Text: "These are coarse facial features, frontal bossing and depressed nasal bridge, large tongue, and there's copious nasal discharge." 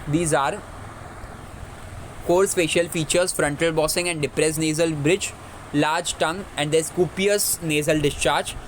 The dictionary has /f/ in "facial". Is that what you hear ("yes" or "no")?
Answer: no